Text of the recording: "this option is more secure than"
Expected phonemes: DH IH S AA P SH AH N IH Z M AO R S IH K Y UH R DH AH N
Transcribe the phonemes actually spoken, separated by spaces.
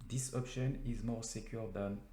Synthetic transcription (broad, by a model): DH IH S AA P SH AH N IH Z M AO R S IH K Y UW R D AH N